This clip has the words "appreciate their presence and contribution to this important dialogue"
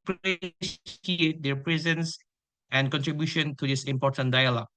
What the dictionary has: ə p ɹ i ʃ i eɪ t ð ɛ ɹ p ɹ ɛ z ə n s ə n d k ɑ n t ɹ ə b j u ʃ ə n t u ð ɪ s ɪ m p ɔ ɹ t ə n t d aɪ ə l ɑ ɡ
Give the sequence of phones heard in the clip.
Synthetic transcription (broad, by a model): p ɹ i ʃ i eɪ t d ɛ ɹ p ɹ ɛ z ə n s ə n k ɑ n t ɹ ə b j u ʃ ə n t u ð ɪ s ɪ m p ɔ t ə n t d aɪ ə l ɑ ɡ